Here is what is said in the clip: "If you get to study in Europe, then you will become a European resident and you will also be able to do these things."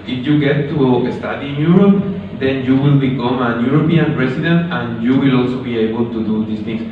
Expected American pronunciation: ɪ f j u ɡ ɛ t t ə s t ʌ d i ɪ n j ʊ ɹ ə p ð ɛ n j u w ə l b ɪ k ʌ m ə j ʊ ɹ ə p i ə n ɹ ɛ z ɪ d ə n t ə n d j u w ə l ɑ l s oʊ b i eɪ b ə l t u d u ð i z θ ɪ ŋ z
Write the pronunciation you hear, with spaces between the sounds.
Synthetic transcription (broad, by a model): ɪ f j u ɡ ɛ t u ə s t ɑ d i n j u ɹ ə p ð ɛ n j u w ə l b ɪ k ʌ m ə j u ɹ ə p i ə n ɹ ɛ s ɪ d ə n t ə n j u w ə l ɑ l s oʊ b i eɪ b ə l t u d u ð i s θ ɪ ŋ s